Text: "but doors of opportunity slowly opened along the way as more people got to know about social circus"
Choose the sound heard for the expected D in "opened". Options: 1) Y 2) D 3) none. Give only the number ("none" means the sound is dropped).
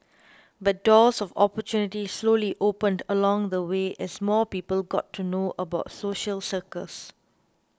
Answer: 2